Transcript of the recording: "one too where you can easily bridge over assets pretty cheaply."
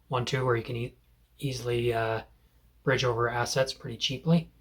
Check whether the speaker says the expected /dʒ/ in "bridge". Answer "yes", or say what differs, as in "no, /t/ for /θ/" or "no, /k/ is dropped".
yes